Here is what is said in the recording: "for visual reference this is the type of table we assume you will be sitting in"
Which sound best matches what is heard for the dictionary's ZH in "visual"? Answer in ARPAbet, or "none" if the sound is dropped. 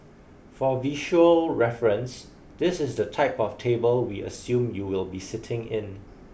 SH